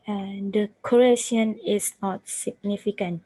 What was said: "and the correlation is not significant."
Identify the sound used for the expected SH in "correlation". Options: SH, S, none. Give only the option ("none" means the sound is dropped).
none